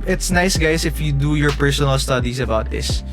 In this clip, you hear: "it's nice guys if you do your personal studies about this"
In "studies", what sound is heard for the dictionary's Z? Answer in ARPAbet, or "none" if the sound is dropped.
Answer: S